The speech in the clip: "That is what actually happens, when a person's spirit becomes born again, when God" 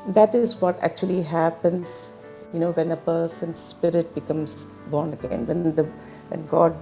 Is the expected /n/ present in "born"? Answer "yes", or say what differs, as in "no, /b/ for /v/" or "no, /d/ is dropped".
yes